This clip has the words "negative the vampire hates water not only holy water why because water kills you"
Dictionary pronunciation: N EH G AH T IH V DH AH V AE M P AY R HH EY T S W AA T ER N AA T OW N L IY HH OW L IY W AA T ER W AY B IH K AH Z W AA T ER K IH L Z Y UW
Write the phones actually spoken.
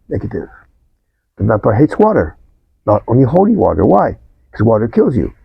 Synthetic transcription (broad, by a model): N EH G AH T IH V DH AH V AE P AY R HH EY T S W AA T ER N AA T OW N L IY HH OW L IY W AA T ER W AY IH K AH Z W AA T ER K IH L Z Y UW